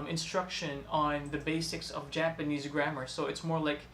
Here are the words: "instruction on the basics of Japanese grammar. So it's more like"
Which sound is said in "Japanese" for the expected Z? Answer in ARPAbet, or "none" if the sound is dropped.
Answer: Z